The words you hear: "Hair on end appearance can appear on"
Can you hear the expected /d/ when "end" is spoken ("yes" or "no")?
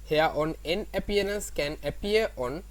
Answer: no